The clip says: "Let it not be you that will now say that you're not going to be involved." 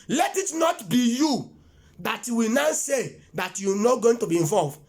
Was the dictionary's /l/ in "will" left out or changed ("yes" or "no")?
yes